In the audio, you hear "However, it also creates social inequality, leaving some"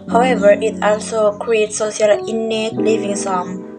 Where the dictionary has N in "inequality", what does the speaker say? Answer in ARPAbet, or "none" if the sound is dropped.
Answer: L